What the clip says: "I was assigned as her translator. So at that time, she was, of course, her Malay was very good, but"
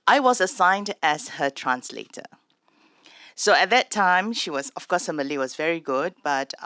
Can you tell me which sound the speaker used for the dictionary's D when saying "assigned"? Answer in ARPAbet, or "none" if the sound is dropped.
D